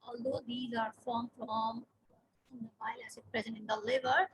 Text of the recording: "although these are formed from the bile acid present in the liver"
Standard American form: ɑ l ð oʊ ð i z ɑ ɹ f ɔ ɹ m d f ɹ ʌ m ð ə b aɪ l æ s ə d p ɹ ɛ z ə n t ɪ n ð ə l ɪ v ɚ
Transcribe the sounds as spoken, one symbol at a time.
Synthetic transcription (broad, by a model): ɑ l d oʊ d i z ɑ ɹ f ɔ ɹ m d f ɹ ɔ m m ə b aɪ l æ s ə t p ɹ ɛ z ə n t ɪ n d ə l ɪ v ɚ